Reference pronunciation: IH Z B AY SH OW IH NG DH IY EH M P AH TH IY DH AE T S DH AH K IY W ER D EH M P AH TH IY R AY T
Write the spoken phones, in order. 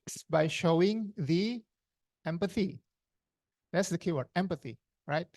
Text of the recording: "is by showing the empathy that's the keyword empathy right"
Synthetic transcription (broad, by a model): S B AY SH OW IH NG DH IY EH M P AH TH IY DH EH T S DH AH K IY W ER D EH M P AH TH IY R AY T